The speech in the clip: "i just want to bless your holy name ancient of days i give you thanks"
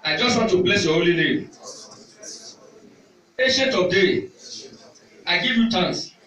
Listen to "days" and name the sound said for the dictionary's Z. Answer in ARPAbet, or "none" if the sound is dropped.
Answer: none